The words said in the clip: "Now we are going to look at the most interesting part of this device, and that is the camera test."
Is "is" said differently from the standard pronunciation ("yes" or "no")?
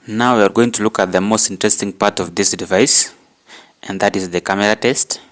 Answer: no